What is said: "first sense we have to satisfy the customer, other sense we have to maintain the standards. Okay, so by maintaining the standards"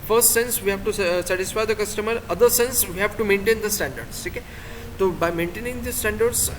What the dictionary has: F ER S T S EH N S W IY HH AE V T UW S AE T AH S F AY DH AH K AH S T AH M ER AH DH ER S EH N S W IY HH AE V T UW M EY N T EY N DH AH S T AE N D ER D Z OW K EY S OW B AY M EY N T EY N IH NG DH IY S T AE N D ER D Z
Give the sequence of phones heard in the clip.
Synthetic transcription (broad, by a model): F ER S T S EH N S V IY HH AE V T UW S AE T AH S F AY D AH K AH S T AH M ER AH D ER S EH N S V IY HH AE V T UW M EY N T EY N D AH S T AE N D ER D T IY K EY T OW B AY M EY N T EY N IH NG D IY S T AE N D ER D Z